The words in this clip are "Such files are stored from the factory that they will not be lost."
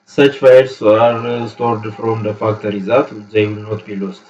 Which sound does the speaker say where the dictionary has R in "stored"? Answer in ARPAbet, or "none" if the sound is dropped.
R